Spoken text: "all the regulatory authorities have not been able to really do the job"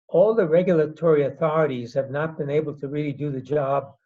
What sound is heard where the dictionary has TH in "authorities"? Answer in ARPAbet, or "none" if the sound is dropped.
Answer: TH